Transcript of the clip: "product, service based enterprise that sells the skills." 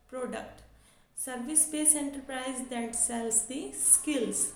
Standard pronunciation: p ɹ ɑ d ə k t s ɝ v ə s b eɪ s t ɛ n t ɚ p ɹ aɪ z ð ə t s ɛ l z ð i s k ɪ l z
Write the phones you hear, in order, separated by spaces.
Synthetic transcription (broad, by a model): p ɹ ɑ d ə k t s ɝ v ə s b eɪ s ɛ n t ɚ p ɹ aɪ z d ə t s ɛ l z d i s k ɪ l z